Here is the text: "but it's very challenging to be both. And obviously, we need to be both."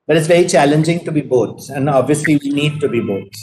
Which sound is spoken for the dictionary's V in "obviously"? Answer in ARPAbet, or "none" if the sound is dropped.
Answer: V